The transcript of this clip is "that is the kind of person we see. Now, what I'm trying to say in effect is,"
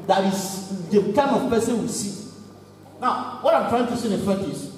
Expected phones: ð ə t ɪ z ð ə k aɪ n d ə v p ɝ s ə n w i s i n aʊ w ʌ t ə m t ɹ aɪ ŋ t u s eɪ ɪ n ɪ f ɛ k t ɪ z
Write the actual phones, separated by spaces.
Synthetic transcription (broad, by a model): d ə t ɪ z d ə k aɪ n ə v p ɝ s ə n w i s i n aʊ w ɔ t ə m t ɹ aɪ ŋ t u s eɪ ɪ n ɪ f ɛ t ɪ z